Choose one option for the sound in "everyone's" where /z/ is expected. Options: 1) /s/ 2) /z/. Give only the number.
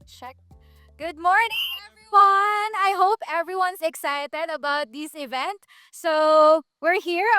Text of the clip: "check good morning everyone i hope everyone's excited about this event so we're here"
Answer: 1